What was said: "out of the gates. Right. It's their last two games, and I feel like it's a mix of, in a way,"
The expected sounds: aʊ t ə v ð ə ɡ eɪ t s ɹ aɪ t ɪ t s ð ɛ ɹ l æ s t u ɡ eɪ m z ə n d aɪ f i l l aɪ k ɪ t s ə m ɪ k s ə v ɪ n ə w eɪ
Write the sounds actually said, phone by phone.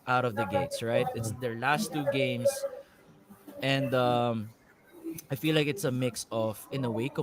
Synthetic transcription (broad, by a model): aʊ t ə v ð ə ɡ eɪ t s ɹ aɪ t ɪ t s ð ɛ ɹ l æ s t u ɡ eɪ m s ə n d aɪ f i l l aɪ k ɪ t s ə m ɪ k s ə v ɪ n ə w eɪ